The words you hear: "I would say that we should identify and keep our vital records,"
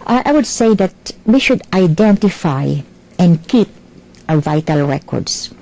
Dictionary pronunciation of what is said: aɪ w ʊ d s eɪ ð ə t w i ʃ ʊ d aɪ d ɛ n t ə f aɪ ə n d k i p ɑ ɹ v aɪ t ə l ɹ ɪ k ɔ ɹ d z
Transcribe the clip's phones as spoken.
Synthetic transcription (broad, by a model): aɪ w ʊ d s eɪ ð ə t w i ʃ ʊ d aɪ d ɛ n t ə f aɪ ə n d k i p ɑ v aɪ t ə l ɹ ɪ k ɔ ɹ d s